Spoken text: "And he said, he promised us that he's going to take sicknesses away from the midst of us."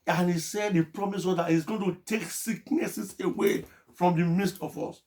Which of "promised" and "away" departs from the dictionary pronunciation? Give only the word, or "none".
promised